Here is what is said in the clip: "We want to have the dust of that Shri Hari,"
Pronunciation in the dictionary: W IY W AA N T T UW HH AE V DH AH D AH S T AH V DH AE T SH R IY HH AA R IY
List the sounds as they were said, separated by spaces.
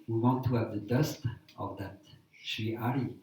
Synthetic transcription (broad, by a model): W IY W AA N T T UW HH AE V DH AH D AH S T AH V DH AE T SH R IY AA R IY